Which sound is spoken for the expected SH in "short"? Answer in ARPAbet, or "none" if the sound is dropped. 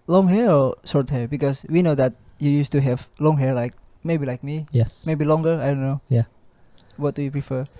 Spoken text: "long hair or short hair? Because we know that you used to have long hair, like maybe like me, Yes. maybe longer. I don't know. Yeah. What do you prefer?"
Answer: S